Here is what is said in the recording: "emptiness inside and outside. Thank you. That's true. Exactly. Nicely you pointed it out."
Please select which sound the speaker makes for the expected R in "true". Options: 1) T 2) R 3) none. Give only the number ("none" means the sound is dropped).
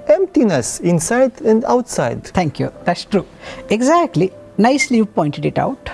2